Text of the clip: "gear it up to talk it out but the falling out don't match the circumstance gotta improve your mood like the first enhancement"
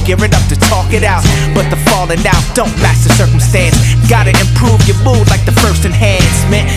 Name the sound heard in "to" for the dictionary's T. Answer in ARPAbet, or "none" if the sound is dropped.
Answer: T